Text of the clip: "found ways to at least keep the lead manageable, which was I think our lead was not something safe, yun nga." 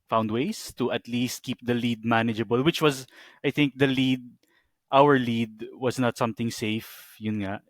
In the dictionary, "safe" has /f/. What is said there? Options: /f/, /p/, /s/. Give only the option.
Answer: /f/